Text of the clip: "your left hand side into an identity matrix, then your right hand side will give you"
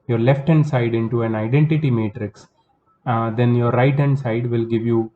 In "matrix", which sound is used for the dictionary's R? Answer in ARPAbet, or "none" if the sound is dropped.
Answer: R